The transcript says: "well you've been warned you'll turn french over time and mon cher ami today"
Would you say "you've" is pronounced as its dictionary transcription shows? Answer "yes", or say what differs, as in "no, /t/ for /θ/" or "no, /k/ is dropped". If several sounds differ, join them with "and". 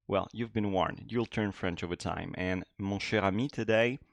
yes